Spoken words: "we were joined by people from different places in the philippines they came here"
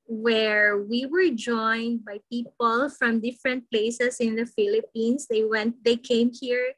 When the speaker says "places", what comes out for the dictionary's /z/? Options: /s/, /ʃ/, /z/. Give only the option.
/s/